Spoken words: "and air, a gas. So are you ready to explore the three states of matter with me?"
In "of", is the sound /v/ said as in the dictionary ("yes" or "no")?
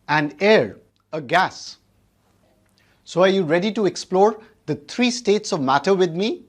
yes